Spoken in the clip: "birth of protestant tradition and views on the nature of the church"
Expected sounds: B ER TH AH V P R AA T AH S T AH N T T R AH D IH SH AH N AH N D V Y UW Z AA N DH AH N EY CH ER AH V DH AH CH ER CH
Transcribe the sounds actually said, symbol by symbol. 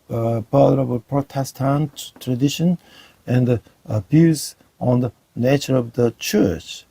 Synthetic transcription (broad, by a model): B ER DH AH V P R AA T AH S T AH N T T R AH D IH SH AH N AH N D B Y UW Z AA N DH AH N EY CH ER AH V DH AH CH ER CH